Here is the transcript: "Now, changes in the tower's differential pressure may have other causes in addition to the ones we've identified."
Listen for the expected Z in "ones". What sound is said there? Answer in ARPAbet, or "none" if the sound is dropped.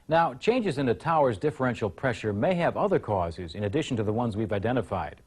Z